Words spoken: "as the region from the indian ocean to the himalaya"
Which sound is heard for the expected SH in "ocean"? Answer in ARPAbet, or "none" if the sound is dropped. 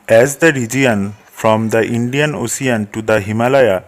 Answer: S